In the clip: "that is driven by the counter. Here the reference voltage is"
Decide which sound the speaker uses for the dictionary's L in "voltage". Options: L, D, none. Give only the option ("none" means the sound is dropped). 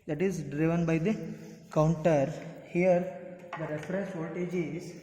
none